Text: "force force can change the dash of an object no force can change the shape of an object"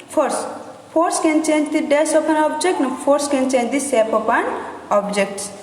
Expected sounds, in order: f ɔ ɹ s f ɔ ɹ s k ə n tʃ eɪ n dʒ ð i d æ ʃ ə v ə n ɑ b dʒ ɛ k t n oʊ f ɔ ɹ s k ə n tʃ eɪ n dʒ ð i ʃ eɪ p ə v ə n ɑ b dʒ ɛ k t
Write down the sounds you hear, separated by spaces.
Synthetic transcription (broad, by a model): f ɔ ɹ s p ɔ ɹ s k ə n tʃ eɪ n dʒ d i d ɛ s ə p ə n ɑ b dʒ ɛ k t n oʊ p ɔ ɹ s k ə n tʃ eɪ n dʒ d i s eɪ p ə p ə n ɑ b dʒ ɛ k t